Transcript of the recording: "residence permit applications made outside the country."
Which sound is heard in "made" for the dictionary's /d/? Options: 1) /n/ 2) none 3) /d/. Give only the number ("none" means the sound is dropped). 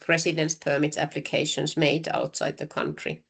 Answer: 3